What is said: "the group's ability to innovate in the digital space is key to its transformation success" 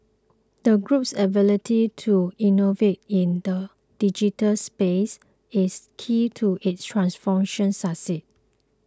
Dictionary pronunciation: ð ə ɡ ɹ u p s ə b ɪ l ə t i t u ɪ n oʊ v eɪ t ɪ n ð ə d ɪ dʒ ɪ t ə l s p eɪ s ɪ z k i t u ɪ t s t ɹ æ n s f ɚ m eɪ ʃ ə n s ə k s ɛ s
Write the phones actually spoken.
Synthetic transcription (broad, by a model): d ə ɡ ɹ u p s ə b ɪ l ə t i t u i n oʊ v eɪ t ɪ n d ə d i dʒ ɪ t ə l s p eɪ s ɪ s k i t u ɪ t s t ɹ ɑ n s f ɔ m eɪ ʃ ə n s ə s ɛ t